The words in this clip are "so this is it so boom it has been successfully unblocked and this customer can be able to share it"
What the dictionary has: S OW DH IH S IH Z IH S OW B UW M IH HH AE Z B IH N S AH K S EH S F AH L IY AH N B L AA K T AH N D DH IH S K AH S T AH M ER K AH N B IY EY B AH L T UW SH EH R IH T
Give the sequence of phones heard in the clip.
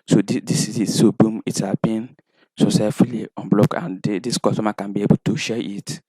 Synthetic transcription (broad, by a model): S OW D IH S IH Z IH S OW B UW M IH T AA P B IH N S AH S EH F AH L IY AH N B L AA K AH N D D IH S K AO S T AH M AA K AH N B IY EY B AH L T UW SH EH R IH T